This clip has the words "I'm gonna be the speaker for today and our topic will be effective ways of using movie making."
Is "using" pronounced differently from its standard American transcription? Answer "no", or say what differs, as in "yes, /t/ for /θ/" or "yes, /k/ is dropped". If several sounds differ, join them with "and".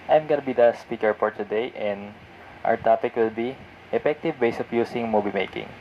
yes, /s/ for /z/